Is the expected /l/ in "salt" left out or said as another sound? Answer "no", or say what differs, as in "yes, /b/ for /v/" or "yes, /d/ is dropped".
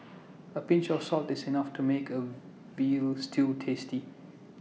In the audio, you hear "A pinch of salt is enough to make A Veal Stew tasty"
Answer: no